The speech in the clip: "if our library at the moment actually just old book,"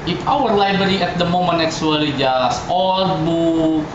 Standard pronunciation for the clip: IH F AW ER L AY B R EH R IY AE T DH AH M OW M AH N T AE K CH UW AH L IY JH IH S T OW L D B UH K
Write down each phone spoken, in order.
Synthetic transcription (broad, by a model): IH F AW ER L AY B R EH R IY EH T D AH M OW M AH N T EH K S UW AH L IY JH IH S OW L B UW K